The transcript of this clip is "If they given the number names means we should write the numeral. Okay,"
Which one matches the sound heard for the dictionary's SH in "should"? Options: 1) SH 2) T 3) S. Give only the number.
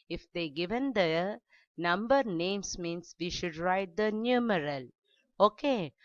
1